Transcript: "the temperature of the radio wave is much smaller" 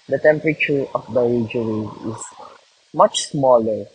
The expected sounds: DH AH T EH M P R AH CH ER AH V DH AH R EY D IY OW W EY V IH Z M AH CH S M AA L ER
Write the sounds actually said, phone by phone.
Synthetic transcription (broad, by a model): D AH T EH M P R AH CH ER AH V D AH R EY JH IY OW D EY IH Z M AH CH S M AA L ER